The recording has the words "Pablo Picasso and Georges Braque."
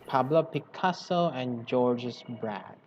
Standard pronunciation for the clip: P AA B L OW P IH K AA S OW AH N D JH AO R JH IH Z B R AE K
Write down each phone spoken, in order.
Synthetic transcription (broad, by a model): P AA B L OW P IH K AA S OW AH N JH AO R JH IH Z B R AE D